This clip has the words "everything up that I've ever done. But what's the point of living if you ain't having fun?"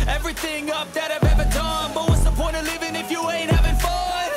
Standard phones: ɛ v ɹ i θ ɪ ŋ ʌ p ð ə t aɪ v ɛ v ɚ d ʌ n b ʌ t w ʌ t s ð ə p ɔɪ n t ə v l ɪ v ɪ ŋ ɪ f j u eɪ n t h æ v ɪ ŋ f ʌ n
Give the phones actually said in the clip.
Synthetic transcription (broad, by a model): ɛ v ɹ i θ ɪ ŋ ʌ p ð ə t aɪ v ɛ v ɚ d ʌ n b ʌ t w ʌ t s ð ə p ɔɪ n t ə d l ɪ v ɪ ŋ ɪ f j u eɪ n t h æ v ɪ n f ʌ